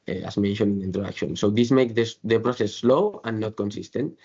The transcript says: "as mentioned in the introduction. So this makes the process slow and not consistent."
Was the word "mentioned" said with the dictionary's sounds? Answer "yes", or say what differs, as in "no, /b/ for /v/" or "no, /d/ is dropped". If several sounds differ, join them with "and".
no, /d/ is dropped